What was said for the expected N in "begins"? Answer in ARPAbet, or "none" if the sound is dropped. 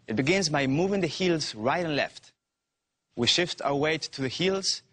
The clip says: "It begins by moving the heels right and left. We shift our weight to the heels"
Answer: N